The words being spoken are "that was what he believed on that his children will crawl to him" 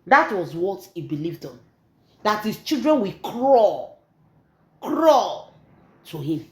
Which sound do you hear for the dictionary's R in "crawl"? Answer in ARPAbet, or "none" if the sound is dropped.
R